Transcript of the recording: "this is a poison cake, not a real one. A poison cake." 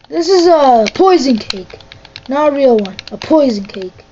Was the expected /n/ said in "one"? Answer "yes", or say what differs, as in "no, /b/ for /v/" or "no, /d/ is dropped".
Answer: yes